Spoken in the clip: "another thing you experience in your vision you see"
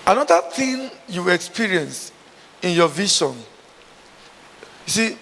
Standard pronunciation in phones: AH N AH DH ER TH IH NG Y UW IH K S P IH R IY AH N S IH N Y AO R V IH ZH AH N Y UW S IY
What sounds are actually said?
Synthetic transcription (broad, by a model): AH N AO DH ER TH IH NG Y UW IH K S P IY R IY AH N S IH N Y AO V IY SH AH N Y UW S IY